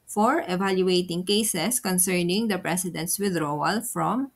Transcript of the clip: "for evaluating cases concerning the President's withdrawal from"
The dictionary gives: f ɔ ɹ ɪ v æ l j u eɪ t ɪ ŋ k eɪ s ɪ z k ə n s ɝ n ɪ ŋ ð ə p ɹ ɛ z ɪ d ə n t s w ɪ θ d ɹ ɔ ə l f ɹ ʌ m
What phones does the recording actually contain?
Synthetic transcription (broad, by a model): f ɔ ɹ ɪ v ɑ l j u eɪ t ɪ ŋ k eɪ s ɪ s k ə n s ɝ n ɪ ŋ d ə p ɹ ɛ s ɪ d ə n t s w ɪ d ɹ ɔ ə l f ɹ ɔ m